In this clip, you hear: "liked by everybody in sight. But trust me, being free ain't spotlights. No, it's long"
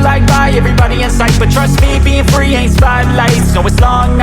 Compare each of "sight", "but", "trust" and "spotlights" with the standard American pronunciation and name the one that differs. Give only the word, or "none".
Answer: spotlights